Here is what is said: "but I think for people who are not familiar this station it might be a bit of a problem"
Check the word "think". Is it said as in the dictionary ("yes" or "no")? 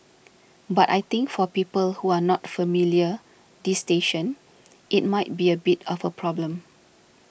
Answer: no